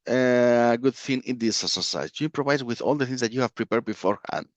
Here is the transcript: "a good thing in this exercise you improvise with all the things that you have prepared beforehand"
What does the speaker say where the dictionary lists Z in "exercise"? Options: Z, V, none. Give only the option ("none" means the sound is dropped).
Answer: none